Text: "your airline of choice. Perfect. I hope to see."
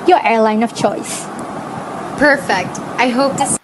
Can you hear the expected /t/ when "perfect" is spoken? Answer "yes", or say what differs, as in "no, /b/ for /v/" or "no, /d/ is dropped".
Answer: yes